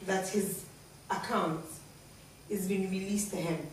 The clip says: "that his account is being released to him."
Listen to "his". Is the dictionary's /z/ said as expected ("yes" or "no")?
yes